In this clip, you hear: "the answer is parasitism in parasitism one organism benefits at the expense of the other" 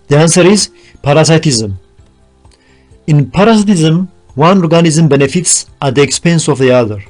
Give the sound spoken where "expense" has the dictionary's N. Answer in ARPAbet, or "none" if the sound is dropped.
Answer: N